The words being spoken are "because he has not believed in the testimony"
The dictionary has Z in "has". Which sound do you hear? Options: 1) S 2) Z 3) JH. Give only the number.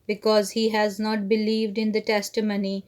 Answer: 2